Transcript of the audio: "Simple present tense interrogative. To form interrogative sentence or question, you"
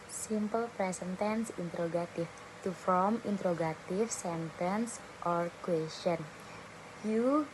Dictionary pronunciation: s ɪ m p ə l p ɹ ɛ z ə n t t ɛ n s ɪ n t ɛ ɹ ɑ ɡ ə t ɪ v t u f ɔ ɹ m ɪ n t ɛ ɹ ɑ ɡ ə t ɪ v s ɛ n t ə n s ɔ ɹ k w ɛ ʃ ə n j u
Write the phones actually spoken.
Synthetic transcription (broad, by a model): s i m p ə l p ɹ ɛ s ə n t t ɛ n s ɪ n t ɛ ɹ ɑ ɡ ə t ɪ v t u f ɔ m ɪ n t ɹ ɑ ɡ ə t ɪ f s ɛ n t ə n s ɔ ɹ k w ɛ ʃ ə n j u